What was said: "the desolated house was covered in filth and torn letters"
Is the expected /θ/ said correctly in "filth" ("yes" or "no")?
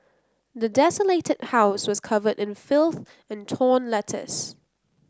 yes